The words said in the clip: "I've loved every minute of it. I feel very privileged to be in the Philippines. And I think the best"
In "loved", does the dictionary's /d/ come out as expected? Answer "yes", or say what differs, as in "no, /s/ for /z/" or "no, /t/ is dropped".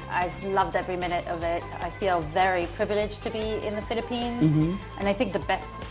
yes